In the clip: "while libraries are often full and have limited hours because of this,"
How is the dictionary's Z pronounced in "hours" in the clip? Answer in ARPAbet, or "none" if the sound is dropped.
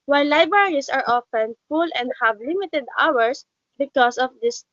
S